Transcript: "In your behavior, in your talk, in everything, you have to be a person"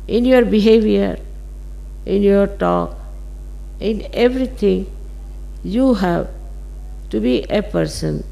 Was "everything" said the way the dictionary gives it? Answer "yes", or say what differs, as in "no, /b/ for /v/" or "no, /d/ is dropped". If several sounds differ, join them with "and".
no, /t/ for /θ/